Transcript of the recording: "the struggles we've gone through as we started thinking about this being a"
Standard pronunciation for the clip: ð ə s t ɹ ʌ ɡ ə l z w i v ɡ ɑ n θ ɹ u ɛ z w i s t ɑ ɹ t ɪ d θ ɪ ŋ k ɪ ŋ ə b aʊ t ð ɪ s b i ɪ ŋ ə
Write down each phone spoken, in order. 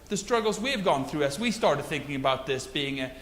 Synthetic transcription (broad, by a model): ð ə s t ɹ ʌ ɡ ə l z w i v ɡ ɑ n θ ɹ u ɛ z w i s t ɑ ɹ t ɪ d θ ɪ ŋ k ɪ ŋ ə b aʊ t ð ɪ s b i ɪ ŋ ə